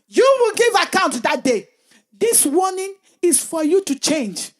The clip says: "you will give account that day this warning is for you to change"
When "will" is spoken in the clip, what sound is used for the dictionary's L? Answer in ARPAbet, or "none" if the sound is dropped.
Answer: L